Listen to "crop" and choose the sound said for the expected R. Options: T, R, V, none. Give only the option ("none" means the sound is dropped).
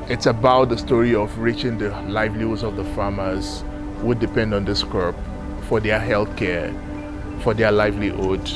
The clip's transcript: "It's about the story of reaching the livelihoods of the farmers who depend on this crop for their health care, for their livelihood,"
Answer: none